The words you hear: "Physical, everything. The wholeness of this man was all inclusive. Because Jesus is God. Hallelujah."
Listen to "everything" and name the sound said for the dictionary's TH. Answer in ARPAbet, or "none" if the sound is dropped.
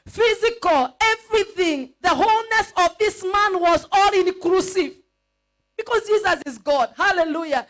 TH